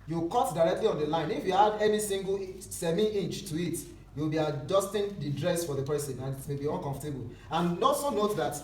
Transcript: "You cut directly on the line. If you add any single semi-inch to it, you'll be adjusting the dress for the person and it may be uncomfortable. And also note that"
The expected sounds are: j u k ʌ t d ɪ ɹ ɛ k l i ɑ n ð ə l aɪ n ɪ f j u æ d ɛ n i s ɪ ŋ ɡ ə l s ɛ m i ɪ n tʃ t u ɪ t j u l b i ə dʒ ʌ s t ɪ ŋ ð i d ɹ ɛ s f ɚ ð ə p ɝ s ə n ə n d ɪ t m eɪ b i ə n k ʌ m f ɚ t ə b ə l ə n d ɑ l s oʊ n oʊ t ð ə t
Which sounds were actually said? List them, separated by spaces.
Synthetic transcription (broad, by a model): j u k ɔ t d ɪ ɹ ɛ k l i ɑ n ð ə l aɪ n ɪ f j u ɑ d ɛ n i s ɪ ŋ ɡ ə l s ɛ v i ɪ n tʃ t u ɪ t j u w b i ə dʒ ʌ s t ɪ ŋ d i d ɹ ɛ s f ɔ ð ə p ɝ s ə n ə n ɪ t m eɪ b i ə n k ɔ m f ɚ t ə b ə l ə n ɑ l s oʊ n oʊ t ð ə t